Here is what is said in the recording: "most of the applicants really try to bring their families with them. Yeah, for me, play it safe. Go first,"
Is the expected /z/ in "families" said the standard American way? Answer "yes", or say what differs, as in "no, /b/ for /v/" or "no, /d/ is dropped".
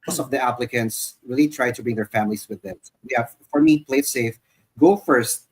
no, /s/ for /z/